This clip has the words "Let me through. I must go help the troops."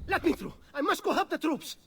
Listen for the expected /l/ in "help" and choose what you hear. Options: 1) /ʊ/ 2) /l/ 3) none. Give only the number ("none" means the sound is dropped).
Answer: 3